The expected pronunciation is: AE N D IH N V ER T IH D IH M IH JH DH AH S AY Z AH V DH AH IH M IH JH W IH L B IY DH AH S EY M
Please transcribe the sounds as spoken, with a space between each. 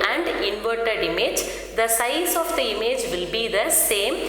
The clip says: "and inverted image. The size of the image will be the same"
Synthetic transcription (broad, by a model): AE N D IH N V ER T IH D IH M IH JH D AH S AY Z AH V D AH IH M IH JH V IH L B IY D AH S EY M